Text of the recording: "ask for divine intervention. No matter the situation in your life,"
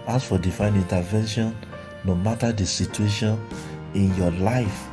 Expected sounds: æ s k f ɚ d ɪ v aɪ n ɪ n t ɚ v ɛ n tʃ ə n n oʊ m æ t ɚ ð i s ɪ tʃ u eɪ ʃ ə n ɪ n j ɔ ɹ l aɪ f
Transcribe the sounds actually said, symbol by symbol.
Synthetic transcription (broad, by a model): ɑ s f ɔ d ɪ f aɪ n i n t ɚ v ɛ n ʃ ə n n oʊ m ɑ t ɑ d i s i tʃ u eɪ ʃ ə n ɪ n j ɔ l aɪ f